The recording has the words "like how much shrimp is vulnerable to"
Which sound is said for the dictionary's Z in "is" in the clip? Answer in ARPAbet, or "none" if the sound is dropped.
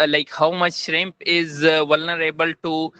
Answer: Z